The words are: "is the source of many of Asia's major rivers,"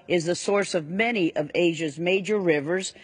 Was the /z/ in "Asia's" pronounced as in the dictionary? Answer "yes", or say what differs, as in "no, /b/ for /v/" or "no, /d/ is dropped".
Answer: yes